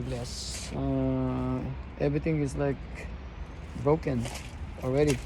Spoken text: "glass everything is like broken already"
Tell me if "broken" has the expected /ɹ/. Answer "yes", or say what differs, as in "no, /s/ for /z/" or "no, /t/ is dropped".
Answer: yes